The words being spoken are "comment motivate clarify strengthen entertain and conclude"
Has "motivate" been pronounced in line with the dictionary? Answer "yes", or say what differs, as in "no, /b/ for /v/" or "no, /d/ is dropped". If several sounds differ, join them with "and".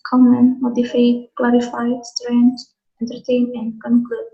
no, /f/ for /v/